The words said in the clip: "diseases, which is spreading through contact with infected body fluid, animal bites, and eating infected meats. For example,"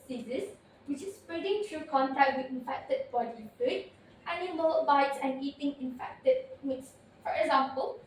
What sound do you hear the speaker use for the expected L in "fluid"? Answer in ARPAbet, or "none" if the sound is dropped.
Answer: none